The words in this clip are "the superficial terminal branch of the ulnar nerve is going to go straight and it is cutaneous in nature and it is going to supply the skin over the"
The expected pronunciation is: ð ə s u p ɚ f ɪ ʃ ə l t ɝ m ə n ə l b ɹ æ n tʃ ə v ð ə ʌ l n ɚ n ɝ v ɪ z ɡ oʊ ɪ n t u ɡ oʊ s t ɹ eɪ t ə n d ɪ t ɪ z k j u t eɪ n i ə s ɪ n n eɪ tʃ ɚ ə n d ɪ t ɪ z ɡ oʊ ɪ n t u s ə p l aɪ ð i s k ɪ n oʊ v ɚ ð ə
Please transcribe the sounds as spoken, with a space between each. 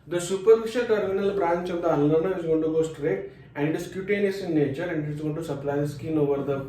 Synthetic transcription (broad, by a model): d ə s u p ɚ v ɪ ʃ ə t ɝ m ə n ə l b ɹ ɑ n tʃ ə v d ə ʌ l l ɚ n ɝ ɪ z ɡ oʊ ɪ n t u ɡ oʊ s t ɹ eɪ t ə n d ɪ t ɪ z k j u t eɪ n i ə s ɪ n n eɪ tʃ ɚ ə n d ɪ t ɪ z ɡ oʊ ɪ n t u s ə p l aɪ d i s k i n oʊ v ɚ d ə